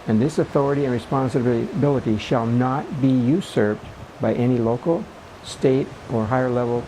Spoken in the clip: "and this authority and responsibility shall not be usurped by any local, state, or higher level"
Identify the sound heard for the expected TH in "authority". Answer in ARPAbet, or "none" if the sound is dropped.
TH